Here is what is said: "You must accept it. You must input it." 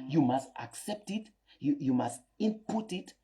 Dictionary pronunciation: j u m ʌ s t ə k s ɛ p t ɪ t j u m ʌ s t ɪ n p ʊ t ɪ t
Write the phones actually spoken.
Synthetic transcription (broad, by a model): j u m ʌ s t ə k s ɛ p t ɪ t j u m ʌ s t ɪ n p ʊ t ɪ t